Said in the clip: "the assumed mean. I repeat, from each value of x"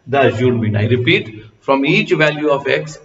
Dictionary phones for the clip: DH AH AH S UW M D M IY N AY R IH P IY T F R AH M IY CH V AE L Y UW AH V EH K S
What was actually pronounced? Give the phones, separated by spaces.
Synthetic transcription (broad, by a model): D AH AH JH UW D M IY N AY R IH P IY T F R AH M IY CH V AE L Y UW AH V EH K S